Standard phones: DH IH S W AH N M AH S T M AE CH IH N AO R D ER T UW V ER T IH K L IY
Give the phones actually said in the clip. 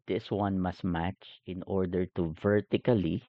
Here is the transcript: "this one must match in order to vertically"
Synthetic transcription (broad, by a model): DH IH S W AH N M AH S T M AE CH IH N AO R D ER T UW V ER T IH K L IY